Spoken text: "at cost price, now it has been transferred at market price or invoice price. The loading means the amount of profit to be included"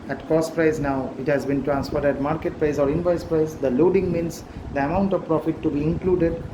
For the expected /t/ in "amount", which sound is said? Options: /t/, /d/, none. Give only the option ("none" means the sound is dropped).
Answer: /t/